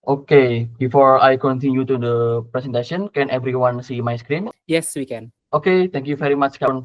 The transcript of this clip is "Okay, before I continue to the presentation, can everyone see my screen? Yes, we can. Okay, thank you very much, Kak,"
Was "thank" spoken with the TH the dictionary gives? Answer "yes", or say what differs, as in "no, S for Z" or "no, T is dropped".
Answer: no, T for TH